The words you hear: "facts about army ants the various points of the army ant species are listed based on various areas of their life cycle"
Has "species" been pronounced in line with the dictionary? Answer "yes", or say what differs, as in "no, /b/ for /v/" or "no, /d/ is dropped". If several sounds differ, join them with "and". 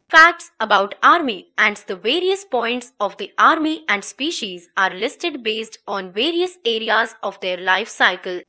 yes